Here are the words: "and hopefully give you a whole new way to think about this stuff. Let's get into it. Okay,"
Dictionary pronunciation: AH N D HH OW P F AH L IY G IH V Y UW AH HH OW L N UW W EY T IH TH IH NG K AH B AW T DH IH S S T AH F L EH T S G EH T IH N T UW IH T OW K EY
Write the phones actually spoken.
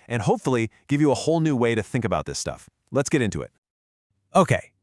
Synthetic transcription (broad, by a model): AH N HH OW P F L IY G IH V Y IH AH HH OW L N UW W EY T IH TH IH NG K AH B AW T DH IH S S T AH F L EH T S G EH T IH N T UW IH T OW K EY